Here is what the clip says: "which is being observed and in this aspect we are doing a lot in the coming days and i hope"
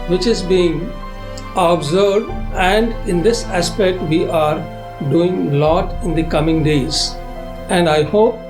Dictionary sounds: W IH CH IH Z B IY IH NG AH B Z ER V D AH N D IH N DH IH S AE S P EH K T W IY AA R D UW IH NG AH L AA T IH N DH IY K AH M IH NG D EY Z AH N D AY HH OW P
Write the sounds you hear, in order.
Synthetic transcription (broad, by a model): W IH CH IH Z B IY IH NG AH B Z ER D AH N D IH N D IH S AE S P EH K T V IY AA R D UW IH NG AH L AA T IH N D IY K AH M IH NG D EY Z AH N D AY HH OW P